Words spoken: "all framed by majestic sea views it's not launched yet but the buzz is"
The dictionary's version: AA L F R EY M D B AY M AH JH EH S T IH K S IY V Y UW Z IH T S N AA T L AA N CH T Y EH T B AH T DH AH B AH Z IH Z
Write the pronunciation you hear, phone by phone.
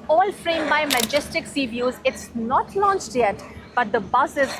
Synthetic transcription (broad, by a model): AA L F R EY M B AY M AH JH EH S T IH K S IY V Y UW Z IH T S N AA T L AA N CH T Y EH T B AH T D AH B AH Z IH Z